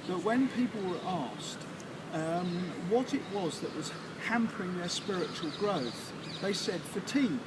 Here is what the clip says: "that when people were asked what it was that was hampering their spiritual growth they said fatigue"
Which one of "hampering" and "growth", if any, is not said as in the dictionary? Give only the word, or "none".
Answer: none